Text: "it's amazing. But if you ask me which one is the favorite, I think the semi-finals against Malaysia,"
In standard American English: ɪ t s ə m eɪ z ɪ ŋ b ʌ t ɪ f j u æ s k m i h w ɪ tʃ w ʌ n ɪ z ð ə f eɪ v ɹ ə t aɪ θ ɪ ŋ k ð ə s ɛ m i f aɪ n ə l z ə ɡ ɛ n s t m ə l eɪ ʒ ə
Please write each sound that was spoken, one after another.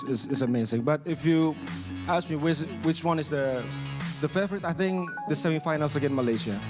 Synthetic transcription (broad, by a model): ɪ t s ə m eɪ z ɪ ŋ b ʌ t ɪ f j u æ s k m i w w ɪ tʃ w ʌ n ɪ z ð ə f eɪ f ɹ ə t aɪ θ ɪ ŋ k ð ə s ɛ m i f aɪ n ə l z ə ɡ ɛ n m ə l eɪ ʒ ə